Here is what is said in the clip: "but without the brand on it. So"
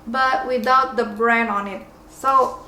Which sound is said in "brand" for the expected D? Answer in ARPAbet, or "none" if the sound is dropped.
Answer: none